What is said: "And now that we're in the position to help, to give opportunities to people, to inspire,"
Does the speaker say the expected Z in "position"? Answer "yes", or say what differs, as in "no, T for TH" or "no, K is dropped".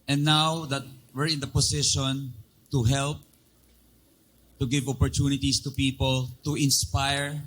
no, S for Z